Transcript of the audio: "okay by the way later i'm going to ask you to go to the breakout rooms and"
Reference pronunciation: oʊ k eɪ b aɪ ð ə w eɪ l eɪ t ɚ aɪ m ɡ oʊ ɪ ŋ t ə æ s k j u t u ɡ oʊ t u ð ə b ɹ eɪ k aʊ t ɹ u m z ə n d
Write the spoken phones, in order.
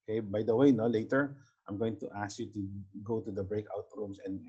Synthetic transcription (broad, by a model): k eɪ b aɪ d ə w eɪ l eɪ t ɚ aɪ m ɡ oʊ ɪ ŋ t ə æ s k j u t u ɡ oʊ t u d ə b ɹ eɪ k aʊ t ɹ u m s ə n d